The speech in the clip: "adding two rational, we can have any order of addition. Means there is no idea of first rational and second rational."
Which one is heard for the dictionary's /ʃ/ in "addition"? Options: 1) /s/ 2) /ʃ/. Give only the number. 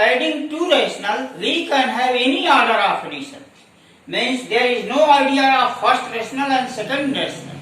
1